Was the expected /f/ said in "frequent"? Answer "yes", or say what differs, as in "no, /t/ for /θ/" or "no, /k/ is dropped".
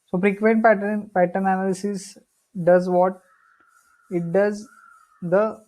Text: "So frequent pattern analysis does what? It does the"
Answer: no, /p/ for /f/